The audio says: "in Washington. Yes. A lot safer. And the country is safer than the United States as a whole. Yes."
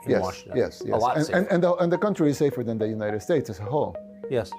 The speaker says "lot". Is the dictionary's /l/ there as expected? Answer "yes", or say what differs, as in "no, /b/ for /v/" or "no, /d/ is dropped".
no, /n/ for /l/